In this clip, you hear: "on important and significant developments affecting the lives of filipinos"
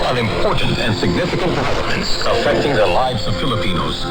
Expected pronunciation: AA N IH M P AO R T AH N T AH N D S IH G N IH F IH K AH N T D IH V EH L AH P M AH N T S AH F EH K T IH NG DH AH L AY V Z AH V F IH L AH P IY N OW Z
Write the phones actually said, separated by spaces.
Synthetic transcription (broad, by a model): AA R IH M P AO R T N T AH N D S IH G N IH F IH K AH N T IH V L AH M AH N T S AH F EH K T IH NG DH AH L AY V Z AH V F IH L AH P IY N OW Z